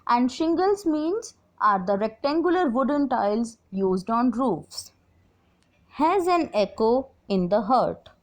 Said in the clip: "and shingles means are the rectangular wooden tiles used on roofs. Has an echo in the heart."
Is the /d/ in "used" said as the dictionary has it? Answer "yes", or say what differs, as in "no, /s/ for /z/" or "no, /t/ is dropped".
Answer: yes